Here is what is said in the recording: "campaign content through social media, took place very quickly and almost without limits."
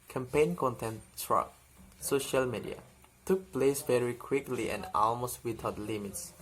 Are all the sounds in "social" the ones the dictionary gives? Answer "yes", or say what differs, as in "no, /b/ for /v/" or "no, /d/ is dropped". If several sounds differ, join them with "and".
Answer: yes